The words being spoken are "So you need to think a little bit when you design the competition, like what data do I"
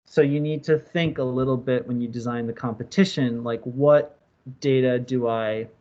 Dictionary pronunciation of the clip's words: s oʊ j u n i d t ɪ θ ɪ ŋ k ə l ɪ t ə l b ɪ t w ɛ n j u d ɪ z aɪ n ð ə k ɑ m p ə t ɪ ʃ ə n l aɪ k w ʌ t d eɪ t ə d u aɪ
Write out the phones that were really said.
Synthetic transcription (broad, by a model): s oʊ j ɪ n i d t ɪ θ ɪ ŋ k ə l ɪ t l b ɪ t w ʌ n j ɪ d ɪ z aɪ n ð ə k ɑ m p ə t ɪ ʃ ə n l aɪ k w ʌ t d eɪ t ə d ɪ aɪ